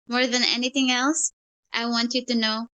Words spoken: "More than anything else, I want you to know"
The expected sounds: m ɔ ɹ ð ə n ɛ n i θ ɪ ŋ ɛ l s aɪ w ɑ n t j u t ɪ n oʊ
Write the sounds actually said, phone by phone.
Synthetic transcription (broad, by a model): m ɔ ɹ ð ə n ɛ n i θ ɪ ŋ ɛ l s aɪ w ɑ n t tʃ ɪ t ɪ n oʊ